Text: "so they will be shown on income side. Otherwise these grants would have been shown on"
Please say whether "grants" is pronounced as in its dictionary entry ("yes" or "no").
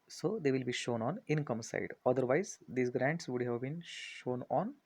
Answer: yes